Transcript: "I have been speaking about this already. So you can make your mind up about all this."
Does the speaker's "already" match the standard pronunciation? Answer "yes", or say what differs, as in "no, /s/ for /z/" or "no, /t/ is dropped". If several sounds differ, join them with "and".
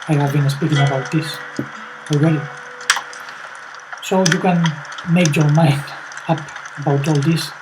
no, /w/ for /ɹ/